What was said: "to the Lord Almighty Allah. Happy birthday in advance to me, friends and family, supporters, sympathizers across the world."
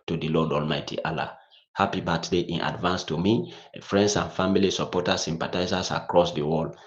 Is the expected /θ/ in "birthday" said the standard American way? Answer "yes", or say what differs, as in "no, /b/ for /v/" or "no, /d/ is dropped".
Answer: no, /t/ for /θ/